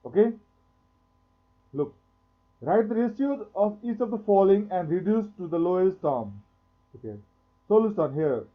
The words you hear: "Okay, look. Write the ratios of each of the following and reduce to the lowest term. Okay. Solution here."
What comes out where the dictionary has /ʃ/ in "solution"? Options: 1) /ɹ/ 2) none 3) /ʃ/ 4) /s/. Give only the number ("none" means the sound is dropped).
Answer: 4